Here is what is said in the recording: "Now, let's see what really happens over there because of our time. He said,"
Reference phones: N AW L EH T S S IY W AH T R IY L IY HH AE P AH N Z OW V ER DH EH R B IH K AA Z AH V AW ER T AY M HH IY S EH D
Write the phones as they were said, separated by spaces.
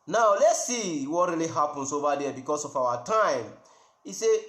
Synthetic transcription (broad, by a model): N AW L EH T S S IY W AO T R IY L IY HH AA P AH N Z OW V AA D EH B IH K AA S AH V AW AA T AY M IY S EH